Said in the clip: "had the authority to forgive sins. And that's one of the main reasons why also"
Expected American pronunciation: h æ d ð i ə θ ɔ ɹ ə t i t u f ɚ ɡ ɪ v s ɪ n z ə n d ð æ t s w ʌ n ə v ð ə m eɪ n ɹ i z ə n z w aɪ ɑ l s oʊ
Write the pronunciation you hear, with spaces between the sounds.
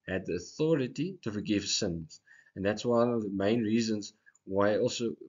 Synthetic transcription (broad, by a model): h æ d ð i ə θ ɔ ɹ ə t i t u f ɚ ɡ ɪ v s ɪ n z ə n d ð æ t s w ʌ n ə v ð ə m eɪ n ɹ i z ə n z w aɪ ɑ l s oʊ